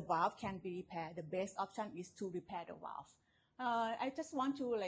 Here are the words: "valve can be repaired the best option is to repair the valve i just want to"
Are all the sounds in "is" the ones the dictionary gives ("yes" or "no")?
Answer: no